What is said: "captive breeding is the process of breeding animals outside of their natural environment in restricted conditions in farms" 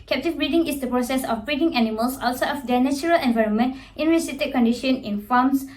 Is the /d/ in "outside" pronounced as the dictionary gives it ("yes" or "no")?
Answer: no